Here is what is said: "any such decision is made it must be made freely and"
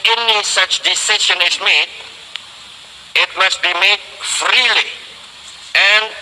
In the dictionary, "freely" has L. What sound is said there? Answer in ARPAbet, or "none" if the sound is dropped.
L